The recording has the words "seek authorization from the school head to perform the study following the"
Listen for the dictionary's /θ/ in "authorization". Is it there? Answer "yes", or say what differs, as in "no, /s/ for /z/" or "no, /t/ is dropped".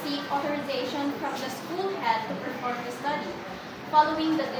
no, /t/ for /θ/